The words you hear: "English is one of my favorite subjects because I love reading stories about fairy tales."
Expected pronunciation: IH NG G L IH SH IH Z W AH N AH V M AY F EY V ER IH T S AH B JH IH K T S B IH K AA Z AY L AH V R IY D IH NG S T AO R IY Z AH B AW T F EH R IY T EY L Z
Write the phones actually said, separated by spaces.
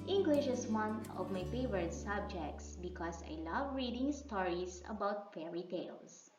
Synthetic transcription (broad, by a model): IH NG G L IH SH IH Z W AH N AH V M AY F EY V ER IH T S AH B JH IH K T S B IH K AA S AY L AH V R IY D IH NG S T AO R IY S AH B AW T F EH R IY T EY L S